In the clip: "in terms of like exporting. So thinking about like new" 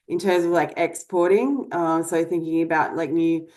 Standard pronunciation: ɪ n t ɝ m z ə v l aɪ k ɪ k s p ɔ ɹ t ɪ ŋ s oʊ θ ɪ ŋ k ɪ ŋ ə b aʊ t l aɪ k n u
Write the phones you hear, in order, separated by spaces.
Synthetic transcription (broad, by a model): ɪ n t ɝ m z ə v l aɪ k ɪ k s p ɔ ɹ t ɪ ŋ s oʊ θ ɪ ŋ k ɪ ŋ ə b aʊ t l aɪ k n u